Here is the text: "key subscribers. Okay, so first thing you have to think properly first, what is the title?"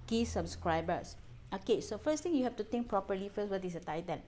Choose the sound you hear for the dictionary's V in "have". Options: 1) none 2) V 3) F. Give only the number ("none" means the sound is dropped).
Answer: 3